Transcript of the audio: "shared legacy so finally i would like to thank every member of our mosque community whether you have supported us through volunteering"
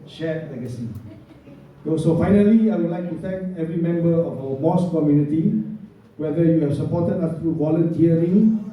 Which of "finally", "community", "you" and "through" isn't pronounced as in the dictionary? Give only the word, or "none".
through